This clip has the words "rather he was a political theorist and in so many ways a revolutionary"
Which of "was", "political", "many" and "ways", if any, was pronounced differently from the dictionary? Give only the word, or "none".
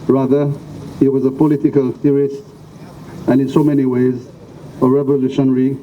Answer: none